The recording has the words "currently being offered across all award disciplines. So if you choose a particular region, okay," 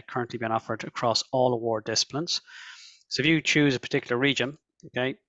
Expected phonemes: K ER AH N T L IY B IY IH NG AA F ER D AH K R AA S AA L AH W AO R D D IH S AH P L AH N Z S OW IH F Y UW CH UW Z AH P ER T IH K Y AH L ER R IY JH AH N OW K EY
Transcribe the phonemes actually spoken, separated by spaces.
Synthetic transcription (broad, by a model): K ER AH N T L IY B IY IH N AA F ER D AH K R AA S AA L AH W AO R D D IH S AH P L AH N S S OW IH F Y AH CH UW Z AH P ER T IH K Y L ER R IY JH AH N OW K EY